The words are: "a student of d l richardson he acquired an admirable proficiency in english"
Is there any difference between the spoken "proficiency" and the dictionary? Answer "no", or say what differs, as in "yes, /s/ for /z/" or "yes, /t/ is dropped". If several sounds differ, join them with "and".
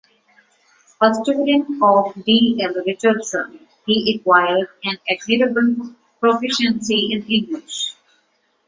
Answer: no